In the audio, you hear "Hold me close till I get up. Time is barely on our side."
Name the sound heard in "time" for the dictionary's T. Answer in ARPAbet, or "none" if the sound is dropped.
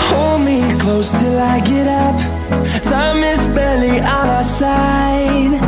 S